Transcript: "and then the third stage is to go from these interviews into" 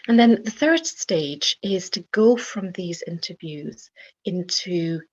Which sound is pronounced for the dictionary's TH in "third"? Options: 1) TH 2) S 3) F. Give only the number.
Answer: 1